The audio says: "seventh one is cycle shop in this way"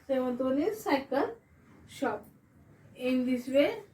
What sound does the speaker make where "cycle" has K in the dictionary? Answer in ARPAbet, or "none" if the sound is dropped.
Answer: K